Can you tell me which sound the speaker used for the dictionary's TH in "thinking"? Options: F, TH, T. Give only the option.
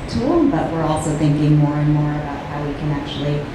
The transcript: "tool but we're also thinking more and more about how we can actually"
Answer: TH